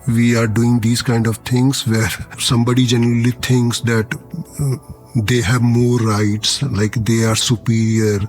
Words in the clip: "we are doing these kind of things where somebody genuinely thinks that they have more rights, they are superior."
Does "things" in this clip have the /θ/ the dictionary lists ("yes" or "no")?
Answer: no